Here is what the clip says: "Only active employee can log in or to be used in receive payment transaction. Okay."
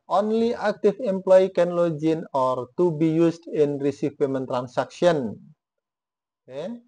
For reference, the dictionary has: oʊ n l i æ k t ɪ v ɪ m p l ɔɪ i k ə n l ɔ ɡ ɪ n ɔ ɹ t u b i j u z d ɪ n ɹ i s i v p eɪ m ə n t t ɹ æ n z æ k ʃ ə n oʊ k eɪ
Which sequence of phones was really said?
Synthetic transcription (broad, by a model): oʊ n l i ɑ k t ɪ f ɪ m p l ɔɪ i k ə n l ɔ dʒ ɪ n ɔ ɹ t u b i j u s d ɪ n ɹ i s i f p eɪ m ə n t t ɹ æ n s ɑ k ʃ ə oʊ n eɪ